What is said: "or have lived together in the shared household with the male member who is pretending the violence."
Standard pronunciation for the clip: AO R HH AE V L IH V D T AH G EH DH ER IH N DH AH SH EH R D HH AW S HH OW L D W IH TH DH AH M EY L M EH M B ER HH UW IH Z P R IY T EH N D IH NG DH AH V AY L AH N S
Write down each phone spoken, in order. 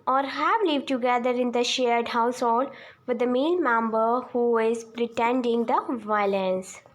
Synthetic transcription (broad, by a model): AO R HH AE V L IH V D T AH G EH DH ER IH N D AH SH EH R D HH AW S HH OW L D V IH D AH M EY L M EH M B ER HH UW IH Z P R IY T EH N D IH NG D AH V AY L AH N S